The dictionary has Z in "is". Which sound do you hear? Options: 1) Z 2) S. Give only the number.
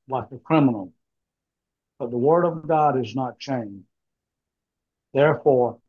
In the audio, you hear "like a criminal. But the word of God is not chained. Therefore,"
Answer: 1